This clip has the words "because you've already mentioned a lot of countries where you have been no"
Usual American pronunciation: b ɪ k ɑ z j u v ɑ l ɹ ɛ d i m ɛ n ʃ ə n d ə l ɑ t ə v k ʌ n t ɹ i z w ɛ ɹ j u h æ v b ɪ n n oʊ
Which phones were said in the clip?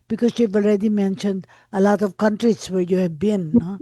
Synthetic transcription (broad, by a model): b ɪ k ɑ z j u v ɑ l ɹ ɛ d i m ɛ n ʃ ə n d ə l ɑ t ə v k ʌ n t ɹ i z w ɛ ɹ j u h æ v b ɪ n n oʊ